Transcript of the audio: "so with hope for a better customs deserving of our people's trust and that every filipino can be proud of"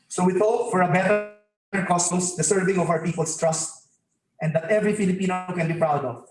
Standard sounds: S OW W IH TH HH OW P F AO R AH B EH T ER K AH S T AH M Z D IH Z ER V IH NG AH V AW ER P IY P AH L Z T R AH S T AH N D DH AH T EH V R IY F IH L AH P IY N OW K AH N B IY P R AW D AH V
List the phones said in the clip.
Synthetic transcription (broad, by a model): S OW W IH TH OW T F AO R AH B EH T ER K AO S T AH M S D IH S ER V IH NG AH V AW ER P IY P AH L S T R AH S T AH N D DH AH T EH V R IY F IH L AH P IY N OW K AH N B IY P R AW D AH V